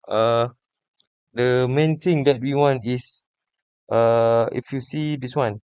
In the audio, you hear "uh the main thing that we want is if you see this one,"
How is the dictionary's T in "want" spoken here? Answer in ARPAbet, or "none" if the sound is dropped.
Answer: T